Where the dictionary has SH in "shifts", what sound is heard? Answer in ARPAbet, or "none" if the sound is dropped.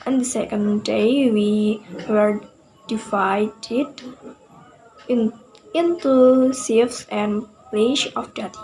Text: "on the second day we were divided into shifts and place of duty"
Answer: S